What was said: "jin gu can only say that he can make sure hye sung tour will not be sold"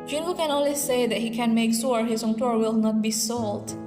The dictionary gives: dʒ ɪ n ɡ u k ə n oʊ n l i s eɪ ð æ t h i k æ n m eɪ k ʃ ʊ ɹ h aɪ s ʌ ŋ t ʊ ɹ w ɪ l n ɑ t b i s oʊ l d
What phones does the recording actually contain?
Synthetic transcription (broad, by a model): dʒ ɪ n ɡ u k ə n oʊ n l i s eɪ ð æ t h i k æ n m eɪ k s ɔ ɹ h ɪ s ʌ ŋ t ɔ ɹ w ɪ l n ɑ t b i s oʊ l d